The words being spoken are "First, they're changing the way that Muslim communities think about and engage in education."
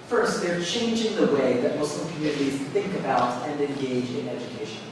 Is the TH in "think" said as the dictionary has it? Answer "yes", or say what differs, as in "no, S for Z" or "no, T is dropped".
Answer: yes